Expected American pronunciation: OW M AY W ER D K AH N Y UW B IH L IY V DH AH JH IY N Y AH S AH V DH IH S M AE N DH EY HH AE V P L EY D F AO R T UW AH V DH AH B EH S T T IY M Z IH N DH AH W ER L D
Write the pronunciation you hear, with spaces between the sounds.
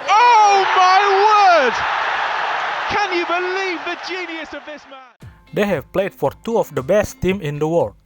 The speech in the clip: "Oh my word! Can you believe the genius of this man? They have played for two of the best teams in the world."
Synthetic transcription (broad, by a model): OW M AY W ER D K AH N Y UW B IH L IY V DH AH JH IY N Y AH S AH V DH IH S M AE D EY HH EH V P L EY D F AO R T UW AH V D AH B EH S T T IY M IH N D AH W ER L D